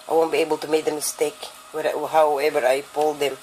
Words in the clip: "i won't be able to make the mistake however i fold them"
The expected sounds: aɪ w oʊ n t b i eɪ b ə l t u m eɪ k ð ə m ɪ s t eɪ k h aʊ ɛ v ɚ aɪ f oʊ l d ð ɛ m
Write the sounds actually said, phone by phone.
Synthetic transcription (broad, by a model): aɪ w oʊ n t b i eɪ b ə l t u m eɪ k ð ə m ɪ s t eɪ k h aʊ ɛ v ɚ aɪ p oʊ l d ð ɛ m